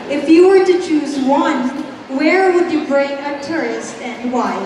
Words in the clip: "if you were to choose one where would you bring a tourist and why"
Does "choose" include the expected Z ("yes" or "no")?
yes